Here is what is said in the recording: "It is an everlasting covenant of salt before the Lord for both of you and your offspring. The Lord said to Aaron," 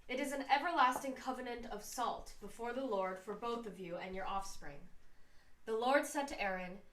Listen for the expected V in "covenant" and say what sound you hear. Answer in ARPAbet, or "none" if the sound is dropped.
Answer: V